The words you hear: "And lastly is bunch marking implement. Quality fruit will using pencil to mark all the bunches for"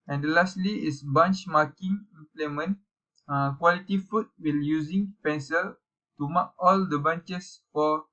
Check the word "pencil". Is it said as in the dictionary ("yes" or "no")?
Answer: yes